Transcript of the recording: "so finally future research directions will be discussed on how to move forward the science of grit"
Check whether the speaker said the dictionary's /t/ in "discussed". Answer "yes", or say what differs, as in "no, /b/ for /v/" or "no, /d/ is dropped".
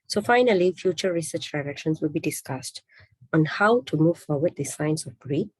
yes